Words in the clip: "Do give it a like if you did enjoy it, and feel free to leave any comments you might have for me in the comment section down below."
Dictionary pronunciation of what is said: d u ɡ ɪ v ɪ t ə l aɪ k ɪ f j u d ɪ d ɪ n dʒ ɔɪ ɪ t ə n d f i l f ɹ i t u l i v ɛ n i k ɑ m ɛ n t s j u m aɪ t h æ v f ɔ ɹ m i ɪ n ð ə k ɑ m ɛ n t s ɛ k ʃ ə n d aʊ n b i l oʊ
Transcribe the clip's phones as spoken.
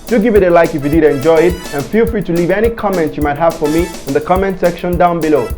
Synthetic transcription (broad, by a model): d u ɡ ɪ v ɪ t ə l aɪ k ɪ f j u d ɪ d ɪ n dʒ ɔɪ ɪ t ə n f i l f ɹ i t u l i v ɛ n i k ɑ m ɛ n t s j u m aɪ t h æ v f ɔ ɹ m i ɪ n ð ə k ɑ m ɛ n t s ɛ k ʃ ə n d aʊ n b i l oʊ